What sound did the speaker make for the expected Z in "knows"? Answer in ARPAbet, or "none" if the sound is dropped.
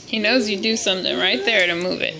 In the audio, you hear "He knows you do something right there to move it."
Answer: Z